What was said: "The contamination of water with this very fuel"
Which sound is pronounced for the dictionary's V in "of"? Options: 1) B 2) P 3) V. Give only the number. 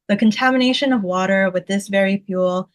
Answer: 3